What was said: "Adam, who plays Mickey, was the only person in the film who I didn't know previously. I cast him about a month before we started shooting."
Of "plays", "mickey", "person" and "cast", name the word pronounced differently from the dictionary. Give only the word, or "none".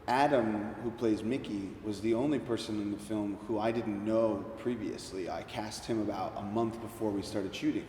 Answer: none